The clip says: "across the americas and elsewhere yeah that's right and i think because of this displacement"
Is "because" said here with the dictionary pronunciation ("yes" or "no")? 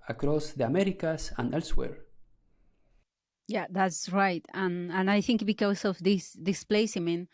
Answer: no